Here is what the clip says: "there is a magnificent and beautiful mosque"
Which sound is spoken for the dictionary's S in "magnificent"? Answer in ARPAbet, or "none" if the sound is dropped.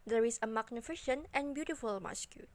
SH